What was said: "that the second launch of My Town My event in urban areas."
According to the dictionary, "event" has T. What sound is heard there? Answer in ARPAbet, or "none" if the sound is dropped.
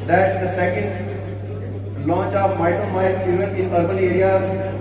none